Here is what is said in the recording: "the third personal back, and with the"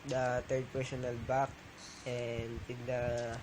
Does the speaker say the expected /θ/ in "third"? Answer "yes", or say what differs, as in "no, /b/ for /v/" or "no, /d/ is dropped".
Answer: no, /t/ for /θ/